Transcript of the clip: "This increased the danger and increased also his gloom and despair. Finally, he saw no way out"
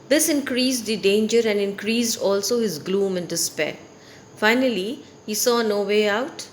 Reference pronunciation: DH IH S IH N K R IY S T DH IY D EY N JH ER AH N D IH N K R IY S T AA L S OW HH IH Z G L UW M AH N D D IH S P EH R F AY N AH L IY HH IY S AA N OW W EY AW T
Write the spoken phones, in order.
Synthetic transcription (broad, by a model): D IH S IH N K R IY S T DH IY D EY N JH ER AH N D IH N K R IY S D AA L S OW HH IH Z G L UW M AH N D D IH S P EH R F AY N AH L IY HH IY S AA N OW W EY AW T